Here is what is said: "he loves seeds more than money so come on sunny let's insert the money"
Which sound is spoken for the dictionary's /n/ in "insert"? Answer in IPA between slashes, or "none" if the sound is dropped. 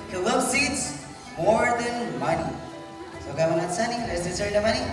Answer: none